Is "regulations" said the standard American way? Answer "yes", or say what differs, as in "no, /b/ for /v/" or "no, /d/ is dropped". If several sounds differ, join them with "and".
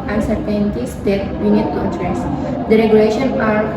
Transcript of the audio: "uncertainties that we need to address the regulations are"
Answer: no, /z/ is dropped